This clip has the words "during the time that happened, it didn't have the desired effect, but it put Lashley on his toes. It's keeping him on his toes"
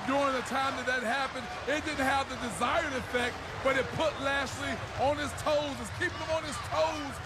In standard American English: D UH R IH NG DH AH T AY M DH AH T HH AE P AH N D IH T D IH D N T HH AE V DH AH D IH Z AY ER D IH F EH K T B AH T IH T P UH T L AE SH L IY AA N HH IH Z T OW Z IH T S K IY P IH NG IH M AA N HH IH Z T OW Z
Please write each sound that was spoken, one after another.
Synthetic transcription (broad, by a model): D UH R IH NG DH AH T AY M DH AH T HH AE P AH N D IH T D IH D N T HH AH V DH AH D IH Z AY ER D IH F EH K T B AH T IH T P UH T L AE S L IY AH N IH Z T OW Z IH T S K IY P IH NG IH M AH N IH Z T OW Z